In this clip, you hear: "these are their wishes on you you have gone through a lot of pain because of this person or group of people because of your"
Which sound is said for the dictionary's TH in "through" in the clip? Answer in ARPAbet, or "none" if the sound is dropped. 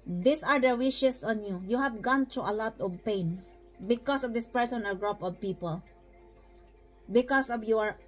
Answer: T